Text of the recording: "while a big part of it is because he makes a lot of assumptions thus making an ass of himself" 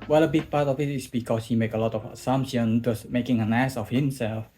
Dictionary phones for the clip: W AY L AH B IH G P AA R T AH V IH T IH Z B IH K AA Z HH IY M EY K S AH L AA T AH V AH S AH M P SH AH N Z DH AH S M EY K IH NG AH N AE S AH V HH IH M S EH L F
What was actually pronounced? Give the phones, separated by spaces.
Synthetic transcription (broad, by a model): W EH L AH B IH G P AA R T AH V IH T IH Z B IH K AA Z HH IY M EY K AH L AA T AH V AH S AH M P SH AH N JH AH S M EY K IH NG AH N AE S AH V HH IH M S EH L F